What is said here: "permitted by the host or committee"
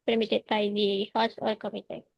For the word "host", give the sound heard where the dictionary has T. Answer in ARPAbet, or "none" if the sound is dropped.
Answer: none